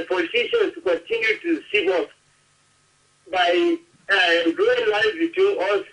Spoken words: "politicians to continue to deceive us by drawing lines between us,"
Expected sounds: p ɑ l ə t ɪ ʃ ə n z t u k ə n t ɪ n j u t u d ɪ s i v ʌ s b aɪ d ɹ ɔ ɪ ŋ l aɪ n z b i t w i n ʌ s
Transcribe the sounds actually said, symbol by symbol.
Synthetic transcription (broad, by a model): p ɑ l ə t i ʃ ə n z t u k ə n t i n j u t u s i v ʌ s b aɪ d u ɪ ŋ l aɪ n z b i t w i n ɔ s